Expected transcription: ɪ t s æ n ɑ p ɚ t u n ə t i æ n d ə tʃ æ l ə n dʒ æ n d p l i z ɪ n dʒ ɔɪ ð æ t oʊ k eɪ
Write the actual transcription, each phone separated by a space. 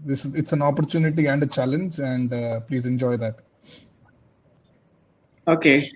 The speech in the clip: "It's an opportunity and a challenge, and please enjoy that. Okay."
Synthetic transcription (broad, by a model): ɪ t s æ n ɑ p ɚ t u n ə t i æ n d ə tʃ æ l ə n dʒ æ n d p l i z ɪ n dʒ ɔɪ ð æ t oʊ k eɪ